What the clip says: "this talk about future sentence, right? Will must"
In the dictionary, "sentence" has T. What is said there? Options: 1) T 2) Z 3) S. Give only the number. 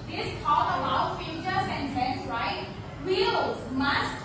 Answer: 3